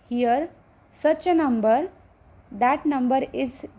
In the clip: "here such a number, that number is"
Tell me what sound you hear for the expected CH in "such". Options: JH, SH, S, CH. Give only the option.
S